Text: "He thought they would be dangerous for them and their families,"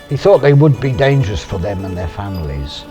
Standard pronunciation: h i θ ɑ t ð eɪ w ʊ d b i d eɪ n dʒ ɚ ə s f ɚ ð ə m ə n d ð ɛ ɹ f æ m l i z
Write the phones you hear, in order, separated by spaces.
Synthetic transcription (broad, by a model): h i θ ɑ t ð eɪ w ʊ d b i d eɪ n dʒ ɚ ə s f ɚ ð ə m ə n ð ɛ ɹ f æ m l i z